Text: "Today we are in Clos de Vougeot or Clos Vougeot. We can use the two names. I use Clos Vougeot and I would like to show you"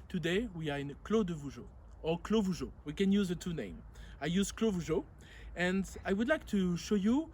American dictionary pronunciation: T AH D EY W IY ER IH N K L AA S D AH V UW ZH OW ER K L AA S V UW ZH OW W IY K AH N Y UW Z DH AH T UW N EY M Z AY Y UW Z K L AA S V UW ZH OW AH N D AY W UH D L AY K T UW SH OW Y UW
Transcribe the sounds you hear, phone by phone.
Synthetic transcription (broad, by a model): T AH D EY W IY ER IH N K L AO D AH V UW ZH OW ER K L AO V UW ZH OW W IY K AH N Y UW Z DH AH T UW N EY M AY Y UW Z K L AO V UW ZH OW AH N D AY W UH D L AY K T UW SH OW Y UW